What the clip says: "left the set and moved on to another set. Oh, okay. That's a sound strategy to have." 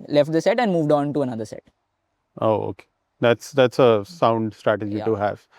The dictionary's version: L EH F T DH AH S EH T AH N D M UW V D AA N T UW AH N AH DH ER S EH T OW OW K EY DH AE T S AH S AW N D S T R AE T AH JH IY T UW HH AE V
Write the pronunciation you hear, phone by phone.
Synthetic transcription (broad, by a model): L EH F T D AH S EH T AH N D M UW V D AA N T UW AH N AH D ER S EH T OW OW K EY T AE T S AH S AW N D S T R AE T AH JH IY T UW HH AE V